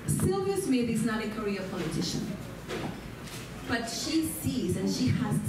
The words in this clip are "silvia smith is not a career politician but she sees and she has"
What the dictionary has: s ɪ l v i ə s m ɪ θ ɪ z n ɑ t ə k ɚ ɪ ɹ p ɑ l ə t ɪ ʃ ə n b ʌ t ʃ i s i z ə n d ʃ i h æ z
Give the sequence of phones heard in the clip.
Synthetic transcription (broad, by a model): s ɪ l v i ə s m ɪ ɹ ɪ z n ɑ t ə k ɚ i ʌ p ɑ l ə t ɪ ʃ ə n b ʌ t ʃ i s i z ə n ʃ i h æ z